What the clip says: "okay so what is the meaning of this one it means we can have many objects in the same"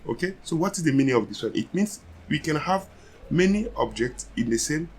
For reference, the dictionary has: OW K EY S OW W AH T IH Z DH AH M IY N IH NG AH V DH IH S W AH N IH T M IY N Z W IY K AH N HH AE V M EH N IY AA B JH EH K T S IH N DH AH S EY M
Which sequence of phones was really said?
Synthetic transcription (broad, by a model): OW K EY S OW W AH T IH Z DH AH M IY N IH NG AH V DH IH S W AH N IH T M IY N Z W IY K AH N HH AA V M EH N IY AA B JH EH K T S IH N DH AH S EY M